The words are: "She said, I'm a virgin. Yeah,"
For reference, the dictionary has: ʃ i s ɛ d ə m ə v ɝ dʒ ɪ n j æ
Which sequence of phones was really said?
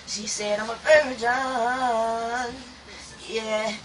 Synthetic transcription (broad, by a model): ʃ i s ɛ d ə m ə p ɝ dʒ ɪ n j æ